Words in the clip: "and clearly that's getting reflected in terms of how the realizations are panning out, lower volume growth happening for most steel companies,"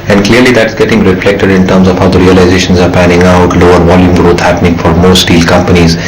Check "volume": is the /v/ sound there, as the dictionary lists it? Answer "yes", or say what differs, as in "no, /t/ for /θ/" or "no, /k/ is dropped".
yes